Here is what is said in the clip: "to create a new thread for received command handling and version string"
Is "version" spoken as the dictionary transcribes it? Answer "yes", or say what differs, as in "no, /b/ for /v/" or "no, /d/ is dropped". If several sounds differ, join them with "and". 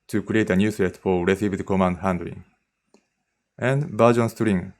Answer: no, /b/ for /v/